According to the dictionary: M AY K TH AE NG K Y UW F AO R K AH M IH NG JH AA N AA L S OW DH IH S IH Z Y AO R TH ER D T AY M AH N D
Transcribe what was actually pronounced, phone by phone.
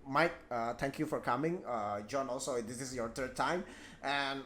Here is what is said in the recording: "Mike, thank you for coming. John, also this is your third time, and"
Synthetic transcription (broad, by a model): M AY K T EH NG K Y UW F AO R K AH M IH NG JH AA N AA L S OW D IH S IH S Y AO R T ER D T AY M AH N